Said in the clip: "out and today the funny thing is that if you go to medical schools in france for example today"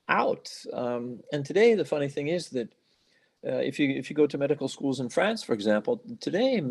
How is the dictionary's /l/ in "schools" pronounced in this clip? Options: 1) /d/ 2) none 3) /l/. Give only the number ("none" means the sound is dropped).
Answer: 3